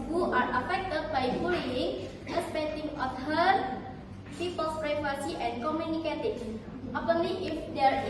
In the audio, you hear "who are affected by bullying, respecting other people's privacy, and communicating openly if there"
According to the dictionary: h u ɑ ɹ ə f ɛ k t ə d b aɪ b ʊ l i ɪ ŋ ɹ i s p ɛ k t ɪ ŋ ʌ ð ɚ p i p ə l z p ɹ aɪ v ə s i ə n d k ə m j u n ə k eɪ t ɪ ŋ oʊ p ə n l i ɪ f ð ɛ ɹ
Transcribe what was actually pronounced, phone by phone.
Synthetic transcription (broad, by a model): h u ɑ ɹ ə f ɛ k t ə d b aɪ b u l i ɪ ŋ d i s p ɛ t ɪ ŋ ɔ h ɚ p i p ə l s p ɹ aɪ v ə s i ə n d k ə m j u n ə k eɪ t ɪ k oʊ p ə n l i ɪ f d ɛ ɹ